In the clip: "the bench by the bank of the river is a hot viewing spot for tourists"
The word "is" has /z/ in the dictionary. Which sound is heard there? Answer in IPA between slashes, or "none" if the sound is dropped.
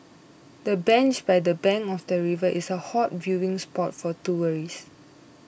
/s/